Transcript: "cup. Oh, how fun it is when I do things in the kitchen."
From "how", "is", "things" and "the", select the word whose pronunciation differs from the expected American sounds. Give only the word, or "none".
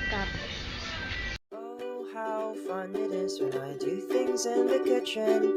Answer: none